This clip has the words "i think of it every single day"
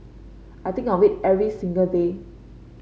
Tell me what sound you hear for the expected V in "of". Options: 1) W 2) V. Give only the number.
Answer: 1